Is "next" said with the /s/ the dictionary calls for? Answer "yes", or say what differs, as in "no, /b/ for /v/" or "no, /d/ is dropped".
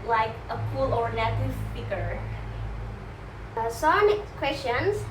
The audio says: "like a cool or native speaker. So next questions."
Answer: no, /s/ is dropped